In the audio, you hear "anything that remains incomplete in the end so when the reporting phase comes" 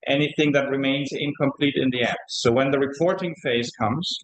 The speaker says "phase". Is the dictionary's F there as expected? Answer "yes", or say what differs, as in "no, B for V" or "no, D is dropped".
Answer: yes